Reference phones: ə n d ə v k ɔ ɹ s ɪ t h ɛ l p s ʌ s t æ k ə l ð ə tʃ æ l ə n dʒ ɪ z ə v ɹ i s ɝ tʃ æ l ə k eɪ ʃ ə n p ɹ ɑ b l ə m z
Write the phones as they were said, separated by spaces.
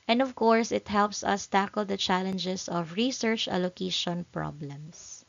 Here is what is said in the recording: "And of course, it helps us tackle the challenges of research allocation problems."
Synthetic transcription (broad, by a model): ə n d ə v k ɔ ɹ s ɪ t h ɛ l p s ʌ s t æ k ə l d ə tʃ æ l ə n dʒ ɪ s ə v ɹ i s ɝ tʃ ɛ l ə k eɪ ʃ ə n p ɹ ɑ b l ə m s